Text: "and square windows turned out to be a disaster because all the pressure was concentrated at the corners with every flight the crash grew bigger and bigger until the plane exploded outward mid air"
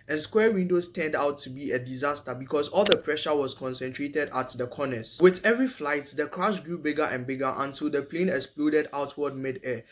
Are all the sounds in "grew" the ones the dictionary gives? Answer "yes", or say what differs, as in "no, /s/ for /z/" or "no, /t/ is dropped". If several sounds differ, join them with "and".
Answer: yes